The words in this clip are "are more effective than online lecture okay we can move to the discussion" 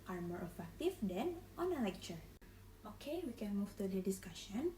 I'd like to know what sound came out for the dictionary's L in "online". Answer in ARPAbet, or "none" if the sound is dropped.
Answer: none